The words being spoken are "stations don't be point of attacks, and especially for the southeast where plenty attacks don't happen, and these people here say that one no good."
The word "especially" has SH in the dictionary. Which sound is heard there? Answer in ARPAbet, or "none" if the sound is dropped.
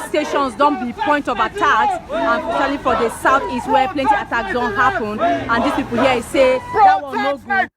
none